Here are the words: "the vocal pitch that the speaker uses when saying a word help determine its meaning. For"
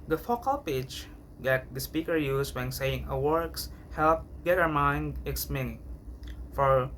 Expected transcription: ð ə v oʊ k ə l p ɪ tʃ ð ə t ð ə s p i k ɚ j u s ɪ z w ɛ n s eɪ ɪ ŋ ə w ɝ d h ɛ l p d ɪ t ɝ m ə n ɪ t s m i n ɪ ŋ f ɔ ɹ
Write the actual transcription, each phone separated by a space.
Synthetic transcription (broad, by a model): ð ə f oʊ k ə l p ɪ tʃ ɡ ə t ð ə s p i k ɚ j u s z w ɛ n s eɪ ɪ ŋ ə w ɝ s h ɛ l p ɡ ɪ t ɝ m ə n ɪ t s m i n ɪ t f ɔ ɹ